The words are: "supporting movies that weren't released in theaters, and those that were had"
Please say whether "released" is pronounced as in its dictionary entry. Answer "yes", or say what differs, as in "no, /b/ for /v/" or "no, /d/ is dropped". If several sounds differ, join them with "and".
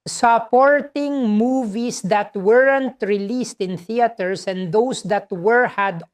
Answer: yes